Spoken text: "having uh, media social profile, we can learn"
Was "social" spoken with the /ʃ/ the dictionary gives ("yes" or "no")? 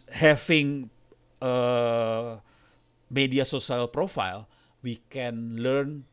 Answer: no